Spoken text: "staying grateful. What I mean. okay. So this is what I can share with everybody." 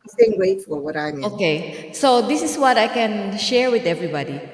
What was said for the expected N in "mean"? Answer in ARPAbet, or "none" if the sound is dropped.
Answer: none